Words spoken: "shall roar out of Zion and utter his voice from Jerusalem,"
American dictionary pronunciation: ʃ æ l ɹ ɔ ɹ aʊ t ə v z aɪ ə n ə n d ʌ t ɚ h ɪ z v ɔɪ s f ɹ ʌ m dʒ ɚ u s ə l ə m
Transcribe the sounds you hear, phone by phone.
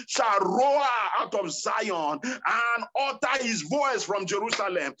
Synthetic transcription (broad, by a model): ʃ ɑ l ɹ ɔ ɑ aʊ t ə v z aɪ ə n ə n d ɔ t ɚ h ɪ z v ɔɪ s f ɹ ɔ m dʒ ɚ u s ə l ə m